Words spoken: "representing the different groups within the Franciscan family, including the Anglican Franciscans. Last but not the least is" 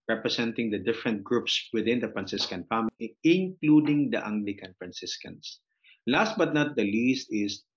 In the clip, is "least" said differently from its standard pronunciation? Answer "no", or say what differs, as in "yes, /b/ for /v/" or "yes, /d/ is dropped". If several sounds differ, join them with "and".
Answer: no